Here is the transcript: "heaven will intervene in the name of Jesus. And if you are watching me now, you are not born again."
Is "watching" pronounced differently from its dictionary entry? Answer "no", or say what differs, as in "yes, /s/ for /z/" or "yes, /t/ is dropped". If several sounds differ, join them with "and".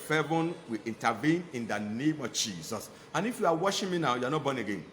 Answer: yes, /ʃ/ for /tʃ/